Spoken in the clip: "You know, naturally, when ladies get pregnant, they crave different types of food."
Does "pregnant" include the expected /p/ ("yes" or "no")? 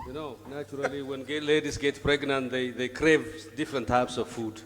yes